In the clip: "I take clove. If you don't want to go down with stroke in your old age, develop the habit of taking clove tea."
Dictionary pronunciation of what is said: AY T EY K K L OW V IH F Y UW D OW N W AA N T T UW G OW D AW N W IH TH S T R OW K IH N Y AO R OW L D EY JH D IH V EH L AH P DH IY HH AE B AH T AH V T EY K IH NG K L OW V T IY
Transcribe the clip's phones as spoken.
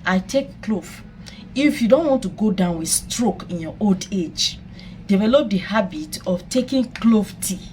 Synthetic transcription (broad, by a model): AY T EY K K L OW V IH F Y UW D OW N W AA N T T UW G OW D AW N W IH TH S T R OW K IH N Y AO OW L D EY JH D IH V EH L AH P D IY HH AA B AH T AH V T EY K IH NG K L OW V T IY